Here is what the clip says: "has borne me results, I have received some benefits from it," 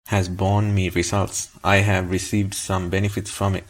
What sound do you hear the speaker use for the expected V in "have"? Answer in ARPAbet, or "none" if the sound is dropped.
V